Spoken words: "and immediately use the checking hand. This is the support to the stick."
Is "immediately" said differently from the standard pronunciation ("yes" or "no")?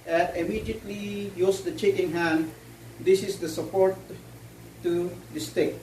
no